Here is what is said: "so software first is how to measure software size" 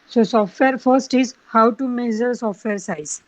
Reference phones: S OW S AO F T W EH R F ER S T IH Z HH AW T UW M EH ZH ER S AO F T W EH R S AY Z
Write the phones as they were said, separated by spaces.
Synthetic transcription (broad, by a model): S OW S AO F T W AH R F ER S T IH Z HH AW T UW M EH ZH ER S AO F T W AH R S AY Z